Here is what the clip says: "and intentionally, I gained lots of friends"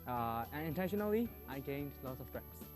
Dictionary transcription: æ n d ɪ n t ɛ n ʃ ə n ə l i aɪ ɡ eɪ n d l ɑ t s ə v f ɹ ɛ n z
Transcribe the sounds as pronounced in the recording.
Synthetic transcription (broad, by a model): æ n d ɪ n t ɛ n ʃ ə n ə l i aɪ ɡ eɪ n d l ɑ t s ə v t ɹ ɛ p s